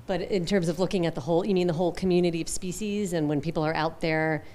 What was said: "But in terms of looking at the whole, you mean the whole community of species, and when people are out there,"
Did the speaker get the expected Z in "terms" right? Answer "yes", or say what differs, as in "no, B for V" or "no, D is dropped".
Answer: yes